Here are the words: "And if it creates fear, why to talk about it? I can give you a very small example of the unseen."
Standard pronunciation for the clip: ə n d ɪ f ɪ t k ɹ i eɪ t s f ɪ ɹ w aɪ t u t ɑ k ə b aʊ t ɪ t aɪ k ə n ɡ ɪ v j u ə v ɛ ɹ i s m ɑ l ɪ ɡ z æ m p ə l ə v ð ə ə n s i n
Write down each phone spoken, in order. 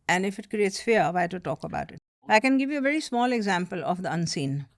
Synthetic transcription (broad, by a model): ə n d ɪ f ɪ t k ɹ i eɪ t s f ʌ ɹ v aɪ t u t ɑ k ə b aʊ t ɪ t aɪ k ə n ɡ ɪ v j u ə v ɛ ɹ i s m ɑ l ɪ ɡ z æ m p ə l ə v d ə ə n s i n